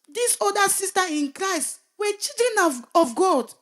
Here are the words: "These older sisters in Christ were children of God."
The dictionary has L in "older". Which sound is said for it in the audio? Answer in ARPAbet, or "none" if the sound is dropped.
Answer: none